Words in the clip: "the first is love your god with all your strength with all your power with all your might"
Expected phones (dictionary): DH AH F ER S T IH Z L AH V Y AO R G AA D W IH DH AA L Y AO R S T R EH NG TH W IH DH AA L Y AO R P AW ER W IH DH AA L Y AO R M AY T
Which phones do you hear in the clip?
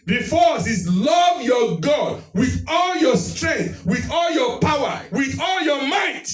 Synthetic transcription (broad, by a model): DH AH F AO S IH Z L AH V Y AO G AA D W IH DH AA L Y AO S T R EH NG TH W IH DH AA L Y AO P AW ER W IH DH AA L Y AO M AY T